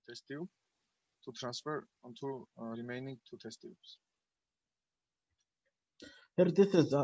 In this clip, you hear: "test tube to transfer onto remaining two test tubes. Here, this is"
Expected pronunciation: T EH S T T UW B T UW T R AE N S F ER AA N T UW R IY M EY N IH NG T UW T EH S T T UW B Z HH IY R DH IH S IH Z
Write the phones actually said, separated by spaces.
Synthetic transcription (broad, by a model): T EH S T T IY T UW T R AE N S F ER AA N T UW L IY M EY N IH NG T UW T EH S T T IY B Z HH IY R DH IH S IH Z